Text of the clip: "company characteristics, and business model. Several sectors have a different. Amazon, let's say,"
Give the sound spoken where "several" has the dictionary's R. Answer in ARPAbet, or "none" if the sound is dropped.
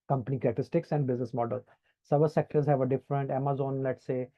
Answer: none